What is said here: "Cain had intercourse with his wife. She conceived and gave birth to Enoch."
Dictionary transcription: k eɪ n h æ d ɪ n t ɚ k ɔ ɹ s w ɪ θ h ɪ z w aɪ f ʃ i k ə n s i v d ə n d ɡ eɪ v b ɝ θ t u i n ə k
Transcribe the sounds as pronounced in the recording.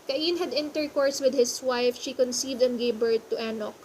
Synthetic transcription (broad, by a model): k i n h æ d ɪ n t ɚ k ɔ ɹ s w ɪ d h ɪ s w aɪ f ʃ i k ə n s i v d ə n ɡ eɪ b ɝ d t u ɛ n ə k